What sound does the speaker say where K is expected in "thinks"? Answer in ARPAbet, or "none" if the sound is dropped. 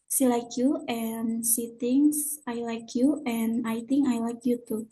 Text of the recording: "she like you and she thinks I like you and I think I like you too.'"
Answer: none